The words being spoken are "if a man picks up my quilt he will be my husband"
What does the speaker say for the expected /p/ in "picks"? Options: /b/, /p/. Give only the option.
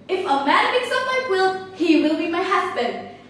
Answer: /b/